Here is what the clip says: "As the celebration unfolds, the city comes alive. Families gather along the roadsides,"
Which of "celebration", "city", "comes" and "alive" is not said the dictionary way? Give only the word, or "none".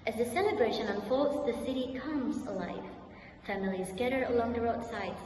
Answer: none